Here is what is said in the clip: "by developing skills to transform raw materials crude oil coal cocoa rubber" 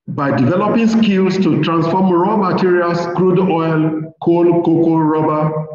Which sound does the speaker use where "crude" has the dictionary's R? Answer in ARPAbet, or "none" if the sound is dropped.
R